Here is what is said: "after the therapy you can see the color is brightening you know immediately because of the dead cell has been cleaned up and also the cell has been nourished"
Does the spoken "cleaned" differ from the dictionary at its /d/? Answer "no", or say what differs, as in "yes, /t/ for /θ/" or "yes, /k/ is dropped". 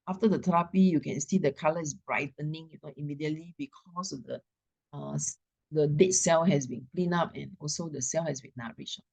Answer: yes, /d/ is dropped